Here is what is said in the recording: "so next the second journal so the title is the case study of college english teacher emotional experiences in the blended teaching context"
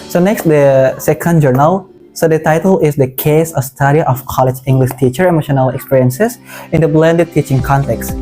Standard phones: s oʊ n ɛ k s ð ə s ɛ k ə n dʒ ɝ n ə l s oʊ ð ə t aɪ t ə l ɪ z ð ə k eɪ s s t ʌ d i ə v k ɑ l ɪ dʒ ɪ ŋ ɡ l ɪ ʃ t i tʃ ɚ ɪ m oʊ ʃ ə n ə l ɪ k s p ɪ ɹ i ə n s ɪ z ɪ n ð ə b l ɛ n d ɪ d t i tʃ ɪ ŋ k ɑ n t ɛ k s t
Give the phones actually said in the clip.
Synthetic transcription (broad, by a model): s oʊ n ɛ k s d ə s ɛ k ə n dʒ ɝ n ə l s oʊ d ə t aɪ t ə l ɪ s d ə k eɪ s s t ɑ d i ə f k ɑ l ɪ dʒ ɪ ŋ ɡ l ɪ ʃ t i tʃ ɚ ɪ m oʊ ʃ ə n ə l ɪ k s p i ɹ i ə n s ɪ s ɪ n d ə b l ɛ n d ɪ d t i tʃ ɪ ŋ k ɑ n t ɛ k s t